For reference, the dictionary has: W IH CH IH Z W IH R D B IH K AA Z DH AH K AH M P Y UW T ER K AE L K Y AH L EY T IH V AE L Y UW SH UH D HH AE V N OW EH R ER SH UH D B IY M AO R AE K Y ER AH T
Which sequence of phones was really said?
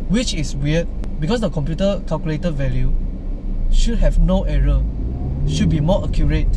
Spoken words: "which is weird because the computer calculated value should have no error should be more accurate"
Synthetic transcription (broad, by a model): W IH CH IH S W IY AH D B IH K AA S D AH K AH M P Y UW T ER K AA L K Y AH L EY T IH V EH L Y UW SH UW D HH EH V N OW EH R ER SH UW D B IY M AO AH K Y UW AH T